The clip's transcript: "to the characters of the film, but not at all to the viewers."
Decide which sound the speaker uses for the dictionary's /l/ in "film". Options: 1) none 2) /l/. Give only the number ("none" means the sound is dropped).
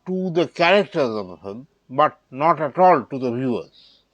1